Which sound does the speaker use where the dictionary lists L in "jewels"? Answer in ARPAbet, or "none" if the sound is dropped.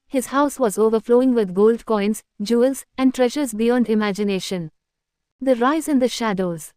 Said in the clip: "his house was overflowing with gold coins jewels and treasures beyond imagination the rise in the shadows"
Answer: L